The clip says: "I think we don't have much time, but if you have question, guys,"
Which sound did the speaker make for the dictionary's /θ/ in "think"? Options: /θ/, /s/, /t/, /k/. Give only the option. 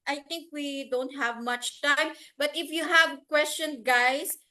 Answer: /t/